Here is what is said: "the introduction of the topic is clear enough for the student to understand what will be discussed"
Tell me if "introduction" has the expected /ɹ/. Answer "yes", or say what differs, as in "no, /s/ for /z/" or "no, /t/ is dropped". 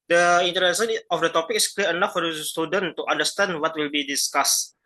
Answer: no, /ɹ/ is dropped